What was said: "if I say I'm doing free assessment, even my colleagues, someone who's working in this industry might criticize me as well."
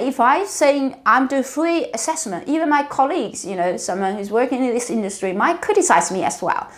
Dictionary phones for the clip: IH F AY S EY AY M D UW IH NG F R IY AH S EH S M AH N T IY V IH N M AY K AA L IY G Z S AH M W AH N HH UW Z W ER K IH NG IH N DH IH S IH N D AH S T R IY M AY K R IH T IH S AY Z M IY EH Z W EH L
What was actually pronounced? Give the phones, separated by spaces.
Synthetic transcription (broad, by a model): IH F AY S EY AY M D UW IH F R IY AH S EH S M AH N T IY V IH N M AY K AA L IY G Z S AH M W AH N HH UW Z W ER K IH NG IH N DH IH S IH N D AH S T R IY M AY K R IH T IH S AY Z M IY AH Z W EH L